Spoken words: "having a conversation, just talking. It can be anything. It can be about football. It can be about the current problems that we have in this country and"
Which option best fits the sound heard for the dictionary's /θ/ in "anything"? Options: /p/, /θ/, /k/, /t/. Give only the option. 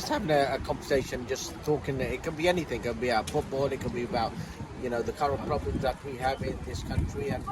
/θ/